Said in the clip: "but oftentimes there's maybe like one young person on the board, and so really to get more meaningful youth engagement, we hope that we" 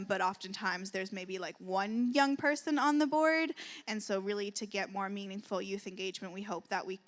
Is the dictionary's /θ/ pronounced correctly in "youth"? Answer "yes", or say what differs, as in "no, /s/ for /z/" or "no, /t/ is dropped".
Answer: yes